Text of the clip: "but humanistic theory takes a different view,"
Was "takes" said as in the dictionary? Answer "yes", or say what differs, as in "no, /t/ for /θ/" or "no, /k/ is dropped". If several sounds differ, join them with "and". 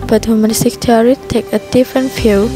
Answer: no, /s/ is dropped